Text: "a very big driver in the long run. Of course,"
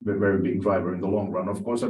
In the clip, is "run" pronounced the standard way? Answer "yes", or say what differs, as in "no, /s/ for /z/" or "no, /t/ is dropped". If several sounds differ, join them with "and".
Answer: yes